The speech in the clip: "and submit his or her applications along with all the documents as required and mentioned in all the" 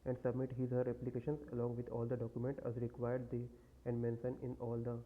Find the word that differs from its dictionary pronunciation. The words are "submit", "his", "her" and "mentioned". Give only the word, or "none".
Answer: mentioned